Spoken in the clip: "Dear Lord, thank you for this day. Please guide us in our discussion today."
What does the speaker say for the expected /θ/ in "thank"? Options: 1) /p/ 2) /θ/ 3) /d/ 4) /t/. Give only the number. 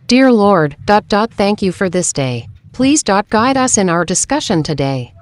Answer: 2